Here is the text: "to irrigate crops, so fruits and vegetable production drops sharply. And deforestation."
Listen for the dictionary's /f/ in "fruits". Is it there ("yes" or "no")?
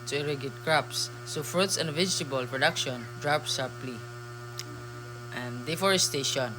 yes